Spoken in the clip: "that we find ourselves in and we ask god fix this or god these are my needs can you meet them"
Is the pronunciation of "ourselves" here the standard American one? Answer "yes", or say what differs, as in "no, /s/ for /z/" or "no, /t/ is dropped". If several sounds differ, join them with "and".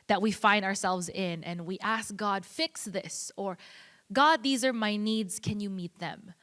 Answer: yes